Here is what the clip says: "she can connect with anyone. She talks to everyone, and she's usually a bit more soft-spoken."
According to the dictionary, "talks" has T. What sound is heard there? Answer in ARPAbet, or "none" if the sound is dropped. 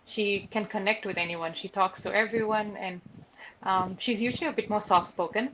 T